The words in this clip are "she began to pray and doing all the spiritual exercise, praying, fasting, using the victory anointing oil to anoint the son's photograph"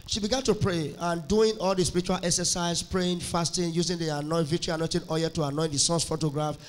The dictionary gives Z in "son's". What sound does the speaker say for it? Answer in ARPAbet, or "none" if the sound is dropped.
S